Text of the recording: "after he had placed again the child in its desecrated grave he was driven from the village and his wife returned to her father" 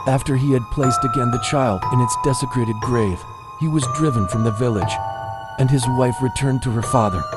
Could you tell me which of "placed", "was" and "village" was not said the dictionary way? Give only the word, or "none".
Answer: none